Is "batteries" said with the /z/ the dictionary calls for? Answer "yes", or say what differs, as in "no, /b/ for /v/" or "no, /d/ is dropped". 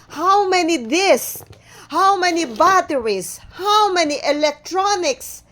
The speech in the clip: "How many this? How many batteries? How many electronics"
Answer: no, /s/ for /z/